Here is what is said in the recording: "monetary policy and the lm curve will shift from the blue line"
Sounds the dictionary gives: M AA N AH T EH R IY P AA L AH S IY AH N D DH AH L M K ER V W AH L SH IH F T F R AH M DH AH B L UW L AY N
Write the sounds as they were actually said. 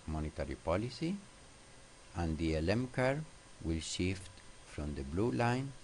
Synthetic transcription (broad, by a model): M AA N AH T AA R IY P AA L AH S IY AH N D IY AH L M K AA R W AH L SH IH F T F R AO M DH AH B L UW L AY N